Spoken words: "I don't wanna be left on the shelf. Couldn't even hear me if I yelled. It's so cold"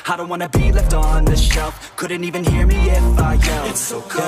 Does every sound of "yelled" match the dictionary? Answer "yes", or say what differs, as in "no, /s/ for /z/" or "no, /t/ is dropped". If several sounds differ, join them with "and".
no, /d/ is dropped